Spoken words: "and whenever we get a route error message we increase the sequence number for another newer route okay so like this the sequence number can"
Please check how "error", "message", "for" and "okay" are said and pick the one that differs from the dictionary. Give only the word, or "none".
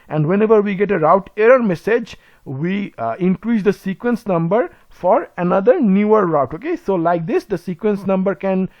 none